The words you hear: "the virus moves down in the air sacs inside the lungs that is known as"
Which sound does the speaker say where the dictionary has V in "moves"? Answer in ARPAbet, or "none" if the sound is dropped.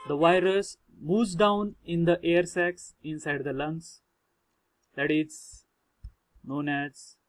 none